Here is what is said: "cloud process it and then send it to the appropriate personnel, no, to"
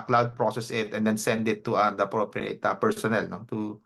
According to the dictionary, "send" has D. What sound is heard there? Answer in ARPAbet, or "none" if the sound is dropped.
D